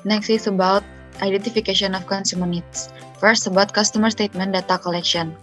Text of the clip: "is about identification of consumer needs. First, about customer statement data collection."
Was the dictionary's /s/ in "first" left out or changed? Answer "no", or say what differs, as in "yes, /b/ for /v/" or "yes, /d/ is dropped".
no